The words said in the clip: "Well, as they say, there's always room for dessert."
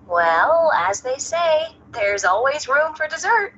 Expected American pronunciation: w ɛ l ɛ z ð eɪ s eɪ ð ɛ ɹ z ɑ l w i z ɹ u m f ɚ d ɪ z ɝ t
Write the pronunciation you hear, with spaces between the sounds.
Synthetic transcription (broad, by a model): w ɛ l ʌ z ð eɪ s eɪ ð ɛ ɹ z ɑ l w i z ɹ u m f ɚ d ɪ z ɝ t